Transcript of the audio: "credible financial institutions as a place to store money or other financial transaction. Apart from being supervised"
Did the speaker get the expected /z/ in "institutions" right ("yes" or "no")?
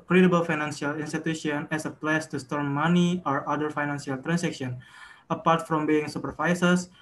no